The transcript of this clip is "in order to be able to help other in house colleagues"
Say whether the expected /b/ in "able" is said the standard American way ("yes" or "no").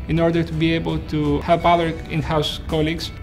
yes